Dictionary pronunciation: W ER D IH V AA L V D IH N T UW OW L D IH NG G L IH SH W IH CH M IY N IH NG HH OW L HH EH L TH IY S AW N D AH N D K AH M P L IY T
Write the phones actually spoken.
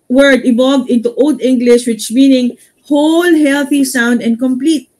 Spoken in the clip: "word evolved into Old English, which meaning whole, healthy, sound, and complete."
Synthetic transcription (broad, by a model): W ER D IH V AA L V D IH N T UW OW L D IH NG G L IH SH W IH CH M IY N IH NG HH OW L HH EH L TH IY S AW N D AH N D K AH M P L IY T